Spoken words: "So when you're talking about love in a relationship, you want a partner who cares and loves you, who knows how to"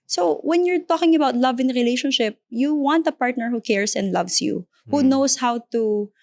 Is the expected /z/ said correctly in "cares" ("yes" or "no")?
no